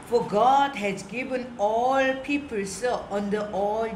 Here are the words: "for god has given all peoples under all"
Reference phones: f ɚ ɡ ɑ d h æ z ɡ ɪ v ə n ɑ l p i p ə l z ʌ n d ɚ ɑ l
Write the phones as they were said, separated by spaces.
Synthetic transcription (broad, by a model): f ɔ ɡ ɑ d h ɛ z ɡ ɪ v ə n ɑ l p i p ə l s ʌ n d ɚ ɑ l